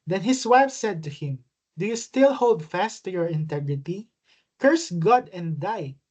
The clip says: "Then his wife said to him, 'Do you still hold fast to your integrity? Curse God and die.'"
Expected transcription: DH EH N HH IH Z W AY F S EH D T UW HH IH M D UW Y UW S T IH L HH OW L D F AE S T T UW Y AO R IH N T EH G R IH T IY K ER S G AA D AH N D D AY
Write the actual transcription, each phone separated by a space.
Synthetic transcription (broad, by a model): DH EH N HH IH S W AY F S EH D T UW HH IH M D UW Y UW S T IH L HH OW L D F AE S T T UW Y AO R IH N T EH G R IH T IY K ER S G AA D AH N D D AY